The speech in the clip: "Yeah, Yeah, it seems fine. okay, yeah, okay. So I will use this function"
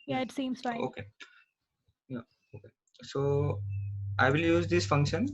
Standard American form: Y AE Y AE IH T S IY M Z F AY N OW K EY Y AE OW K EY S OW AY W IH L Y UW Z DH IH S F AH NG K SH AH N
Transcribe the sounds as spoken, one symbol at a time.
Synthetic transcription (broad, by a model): Y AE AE IH T S IY M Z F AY OW K EY Y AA OW K EY S OW AY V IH L Y UW Z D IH S F AH NG K SH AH N